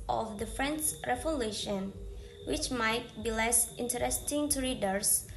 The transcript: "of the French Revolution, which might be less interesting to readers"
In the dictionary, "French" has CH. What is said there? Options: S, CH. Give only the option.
S